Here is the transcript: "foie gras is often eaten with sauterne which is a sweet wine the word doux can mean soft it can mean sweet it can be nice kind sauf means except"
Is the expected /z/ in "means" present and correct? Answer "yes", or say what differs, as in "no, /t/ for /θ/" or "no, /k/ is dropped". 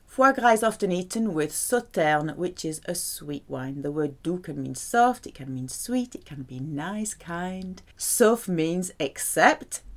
yes